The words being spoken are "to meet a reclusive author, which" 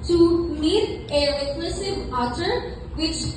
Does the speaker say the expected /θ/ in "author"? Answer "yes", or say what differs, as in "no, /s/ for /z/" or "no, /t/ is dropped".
no, /t/ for /θ/